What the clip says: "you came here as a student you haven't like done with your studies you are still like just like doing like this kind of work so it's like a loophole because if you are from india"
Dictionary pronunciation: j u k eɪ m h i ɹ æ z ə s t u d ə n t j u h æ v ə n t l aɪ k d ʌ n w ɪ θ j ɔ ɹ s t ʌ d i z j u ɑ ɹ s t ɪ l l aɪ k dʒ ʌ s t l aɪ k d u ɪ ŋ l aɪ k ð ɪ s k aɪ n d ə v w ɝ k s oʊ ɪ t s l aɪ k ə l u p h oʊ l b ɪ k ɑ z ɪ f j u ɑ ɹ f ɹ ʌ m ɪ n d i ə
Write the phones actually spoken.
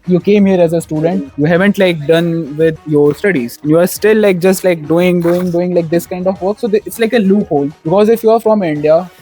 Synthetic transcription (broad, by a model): j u k eɪ m h i ɹ æ z ə s t u d ə n t j u h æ v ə n t l aɪ k d ʌ n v ɪ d j ɔ ɹ s t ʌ d i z j u ɑ ɹ s t ɪ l l aɪ k dʒ ʌ s t l aɪ k d u ɪ ŋ l aɪ k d ɪ s k aɪ n d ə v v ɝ k s oʊ ɪ t s l aɪ k ə l u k h oʊ l b ɪ k ɑ z ɪ f j u ɑ ɹ f ɹ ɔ m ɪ n d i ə